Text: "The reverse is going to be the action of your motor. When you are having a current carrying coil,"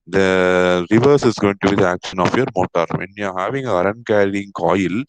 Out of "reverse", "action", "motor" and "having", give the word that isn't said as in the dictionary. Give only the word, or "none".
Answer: none